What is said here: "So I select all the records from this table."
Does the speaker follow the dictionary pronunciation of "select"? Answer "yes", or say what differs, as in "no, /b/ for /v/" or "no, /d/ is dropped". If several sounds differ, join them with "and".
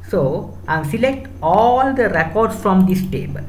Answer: yes